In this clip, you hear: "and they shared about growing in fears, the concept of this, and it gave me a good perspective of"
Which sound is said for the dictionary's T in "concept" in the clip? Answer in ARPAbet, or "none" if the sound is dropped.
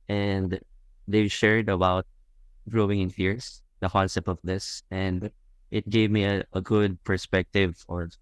none